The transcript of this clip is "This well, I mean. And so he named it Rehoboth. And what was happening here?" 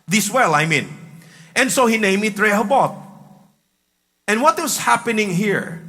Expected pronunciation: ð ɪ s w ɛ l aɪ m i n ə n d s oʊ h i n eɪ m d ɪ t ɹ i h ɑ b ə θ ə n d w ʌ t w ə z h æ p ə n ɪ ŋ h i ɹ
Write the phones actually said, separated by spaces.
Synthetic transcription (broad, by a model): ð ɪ s w ɛ l aɪ m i n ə n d s oʊ h i n eɪ m ɪ t ɹ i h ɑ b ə t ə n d w ʌ t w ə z h æ p ə n ɪ ŋ h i ɹ